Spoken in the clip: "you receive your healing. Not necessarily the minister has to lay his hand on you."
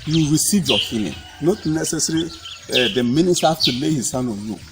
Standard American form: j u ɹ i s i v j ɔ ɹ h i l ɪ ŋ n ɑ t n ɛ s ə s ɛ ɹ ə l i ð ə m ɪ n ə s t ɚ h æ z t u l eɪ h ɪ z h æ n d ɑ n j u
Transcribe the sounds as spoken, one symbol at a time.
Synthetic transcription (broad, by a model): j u ɹ i s i v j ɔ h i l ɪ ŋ n ɑ t n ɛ s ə s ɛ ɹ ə i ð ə m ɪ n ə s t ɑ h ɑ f t u l eɪ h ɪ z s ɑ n ɑ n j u